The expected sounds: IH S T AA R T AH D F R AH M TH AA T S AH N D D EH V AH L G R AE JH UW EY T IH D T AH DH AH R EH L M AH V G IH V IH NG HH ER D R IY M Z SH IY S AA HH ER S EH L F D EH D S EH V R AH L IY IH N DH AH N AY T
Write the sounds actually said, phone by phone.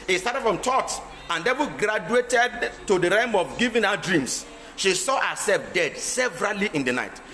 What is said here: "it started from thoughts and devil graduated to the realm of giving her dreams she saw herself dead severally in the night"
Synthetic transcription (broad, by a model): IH S T AA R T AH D F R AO M T AA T AH N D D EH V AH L G R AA JH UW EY T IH D T AH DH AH R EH M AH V G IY V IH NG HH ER D R IY M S SH IY S AA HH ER S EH L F D EH D S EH V R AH L IY IH N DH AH N AY T